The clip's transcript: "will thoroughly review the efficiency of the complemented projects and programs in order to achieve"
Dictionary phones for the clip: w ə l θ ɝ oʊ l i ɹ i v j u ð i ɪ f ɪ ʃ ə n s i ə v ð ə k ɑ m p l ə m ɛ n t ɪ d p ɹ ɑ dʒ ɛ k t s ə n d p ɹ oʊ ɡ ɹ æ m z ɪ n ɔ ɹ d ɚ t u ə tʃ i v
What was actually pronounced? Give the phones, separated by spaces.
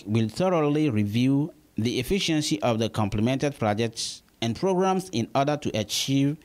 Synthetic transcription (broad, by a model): w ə l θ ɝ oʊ l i ɹ i v j u ð i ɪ f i ʃ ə n s i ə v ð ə k ɑ m p l ə m ɛ n t ɪ d p ɹ ɑ dʒ ɛ k t s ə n p ɹ oʊ ɡ ɹ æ m s ɪ n ɔ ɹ d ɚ t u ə tʃ i v